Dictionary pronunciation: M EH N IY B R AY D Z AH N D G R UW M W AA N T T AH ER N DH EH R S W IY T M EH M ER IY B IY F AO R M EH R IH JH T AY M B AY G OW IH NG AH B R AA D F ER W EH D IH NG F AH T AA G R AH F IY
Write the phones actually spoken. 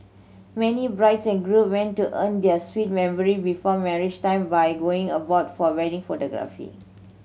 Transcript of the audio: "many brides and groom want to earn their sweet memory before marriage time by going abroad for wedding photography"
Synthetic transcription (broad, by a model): M EH N IY B R AY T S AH N G R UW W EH N T T AH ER N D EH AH S W IY T M EH M ER IY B IY F AO M EH R IH JH T AY M B AY G OW IH NG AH B AA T F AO W EH D IH NG F AH T AA G R AH F IY